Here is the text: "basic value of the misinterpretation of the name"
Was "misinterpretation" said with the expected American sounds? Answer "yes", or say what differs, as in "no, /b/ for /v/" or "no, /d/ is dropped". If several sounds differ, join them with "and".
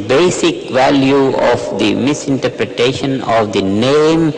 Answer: yes